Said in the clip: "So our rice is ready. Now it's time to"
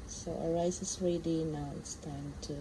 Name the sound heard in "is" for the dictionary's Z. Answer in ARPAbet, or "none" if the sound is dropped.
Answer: S